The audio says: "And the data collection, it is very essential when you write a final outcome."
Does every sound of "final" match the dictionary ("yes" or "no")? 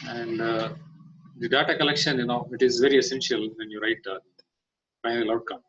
no